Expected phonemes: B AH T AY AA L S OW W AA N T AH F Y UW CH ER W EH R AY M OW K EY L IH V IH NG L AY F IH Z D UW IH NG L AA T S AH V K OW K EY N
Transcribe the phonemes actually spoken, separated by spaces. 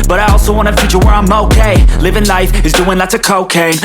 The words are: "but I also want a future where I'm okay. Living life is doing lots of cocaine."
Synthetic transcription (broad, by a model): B AH T AY AA L S OW W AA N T AH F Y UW CH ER W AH R AY M OW K EY L IH V IH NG L AY F IH Z D UW IH NG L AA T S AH K OW K EY